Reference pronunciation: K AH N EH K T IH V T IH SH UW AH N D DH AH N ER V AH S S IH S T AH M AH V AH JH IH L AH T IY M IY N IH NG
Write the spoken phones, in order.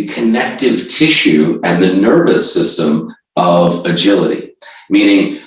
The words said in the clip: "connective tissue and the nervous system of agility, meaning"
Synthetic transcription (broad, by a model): K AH N EH K T IH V T IH SH UW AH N DH AH N ER V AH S S IH S T AH M AH V AH JH IH L AH T IY M IY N IH NG